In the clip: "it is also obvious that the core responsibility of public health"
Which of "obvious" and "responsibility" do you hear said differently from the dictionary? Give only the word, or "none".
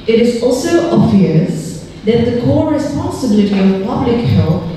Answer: none